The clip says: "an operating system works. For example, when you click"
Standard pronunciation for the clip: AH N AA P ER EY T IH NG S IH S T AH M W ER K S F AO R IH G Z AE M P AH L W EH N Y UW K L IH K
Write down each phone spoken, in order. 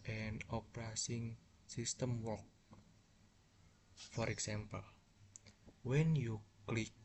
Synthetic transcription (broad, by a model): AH N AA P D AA S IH NG S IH S T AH M W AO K F AO R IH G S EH M P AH L W EH N Y UW K L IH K